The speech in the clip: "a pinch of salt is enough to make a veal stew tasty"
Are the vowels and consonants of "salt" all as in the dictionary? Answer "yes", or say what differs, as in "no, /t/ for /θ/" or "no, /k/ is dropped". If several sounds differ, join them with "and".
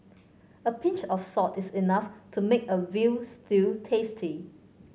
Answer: no, /l/ is dropped